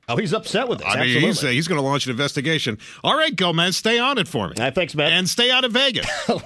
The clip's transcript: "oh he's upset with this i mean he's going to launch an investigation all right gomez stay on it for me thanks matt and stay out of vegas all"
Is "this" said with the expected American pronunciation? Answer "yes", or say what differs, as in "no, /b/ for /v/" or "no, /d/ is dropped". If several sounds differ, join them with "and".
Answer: no, /s/ is dropped